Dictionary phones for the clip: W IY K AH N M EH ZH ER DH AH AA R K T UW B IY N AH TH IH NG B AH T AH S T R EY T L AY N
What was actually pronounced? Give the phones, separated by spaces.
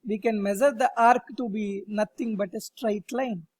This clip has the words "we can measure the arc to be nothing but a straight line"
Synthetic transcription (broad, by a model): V IY K AH N M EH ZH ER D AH AA R K T UW B IY N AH T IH NG B AH T AH S T R EY T L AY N